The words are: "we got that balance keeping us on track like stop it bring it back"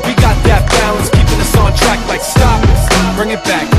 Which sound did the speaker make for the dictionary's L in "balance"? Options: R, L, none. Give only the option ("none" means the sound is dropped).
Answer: none